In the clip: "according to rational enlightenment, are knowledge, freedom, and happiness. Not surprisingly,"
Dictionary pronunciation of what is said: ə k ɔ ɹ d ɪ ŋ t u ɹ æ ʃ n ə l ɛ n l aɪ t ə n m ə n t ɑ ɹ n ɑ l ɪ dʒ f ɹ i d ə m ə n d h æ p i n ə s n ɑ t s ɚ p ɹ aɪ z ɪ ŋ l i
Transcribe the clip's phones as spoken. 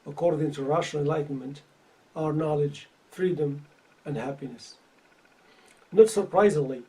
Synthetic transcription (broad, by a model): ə k ɔ ɹ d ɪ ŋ t u ɹ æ ʃ ə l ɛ n l aɪ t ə n m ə n t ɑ ɹ n ɑ l ɪ dʒ f ɹ i d ə m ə n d h æ p i n ə s n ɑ t s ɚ p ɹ aɪ z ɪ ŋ l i